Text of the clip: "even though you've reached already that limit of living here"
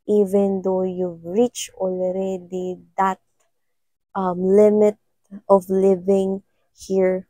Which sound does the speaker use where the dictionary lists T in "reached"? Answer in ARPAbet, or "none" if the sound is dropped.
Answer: none